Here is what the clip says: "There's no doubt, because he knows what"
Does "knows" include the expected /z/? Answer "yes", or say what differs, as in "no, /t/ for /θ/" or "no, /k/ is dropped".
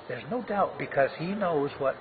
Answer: yes